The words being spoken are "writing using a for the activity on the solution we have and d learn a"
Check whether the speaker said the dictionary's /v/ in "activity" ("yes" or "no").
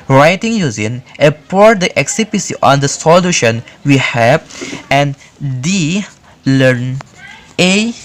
no